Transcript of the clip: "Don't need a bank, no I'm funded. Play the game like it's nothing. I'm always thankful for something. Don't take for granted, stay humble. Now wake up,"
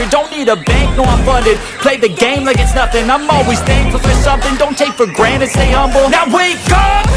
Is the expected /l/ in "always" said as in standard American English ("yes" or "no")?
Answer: yes